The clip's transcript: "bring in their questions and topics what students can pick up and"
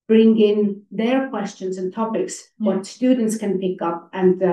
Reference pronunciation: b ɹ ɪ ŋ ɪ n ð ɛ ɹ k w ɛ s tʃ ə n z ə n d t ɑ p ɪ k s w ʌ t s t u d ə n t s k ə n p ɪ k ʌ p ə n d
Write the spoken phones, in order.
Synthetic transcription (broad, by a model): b ɹ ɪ ŋ ɪ n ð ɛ ɹ k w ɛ s tʃ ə n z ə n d t ɑ p ɪ k s w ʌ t s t u d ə n t s k ə n p ɪ k ʌ p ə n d